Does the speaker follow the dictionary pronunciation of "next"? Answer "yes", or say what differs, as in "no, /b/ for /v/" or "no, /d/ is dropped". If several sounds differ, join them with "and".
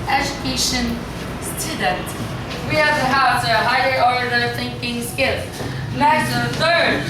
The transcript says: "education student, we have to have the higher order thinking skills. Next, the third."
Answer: no, /k/ is dropped